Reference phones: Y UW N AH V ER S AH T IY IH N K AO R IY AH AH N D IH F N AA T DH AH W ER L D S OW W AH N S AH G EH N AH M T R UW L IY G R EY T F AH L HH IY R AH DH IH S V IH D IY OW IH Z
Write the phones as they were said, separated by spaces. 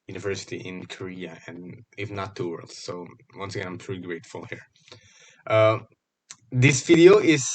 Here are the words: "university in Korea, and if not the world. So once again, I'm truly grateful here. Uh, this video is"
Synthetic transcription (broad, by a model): Y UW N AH V ER S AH T IY IH N K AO R IY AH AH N IH F N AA T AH W ER L D S OW W AH N S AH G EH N AH M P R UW IY G R EY T F AH L HH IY R AH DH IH S V IH D IY OW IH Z